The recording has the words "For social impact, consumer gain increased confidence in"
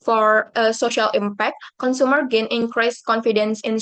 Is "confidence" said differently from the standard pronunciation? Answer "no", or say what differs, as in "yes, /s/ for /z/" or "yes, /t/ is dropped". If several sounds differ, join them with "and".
no